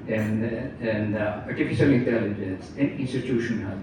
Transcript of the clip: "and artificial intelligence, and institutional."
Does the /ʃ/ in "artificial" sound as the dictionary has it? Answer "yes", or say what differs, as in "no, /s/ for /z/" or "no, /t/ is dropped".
no, /s/ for /ʃ/